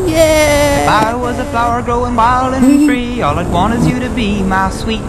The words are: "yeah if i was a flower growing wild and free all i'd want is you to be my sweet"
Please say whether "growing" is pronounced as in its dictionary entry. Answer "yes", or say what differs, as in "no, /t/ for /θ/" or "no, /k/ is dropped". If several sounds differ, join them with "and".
yes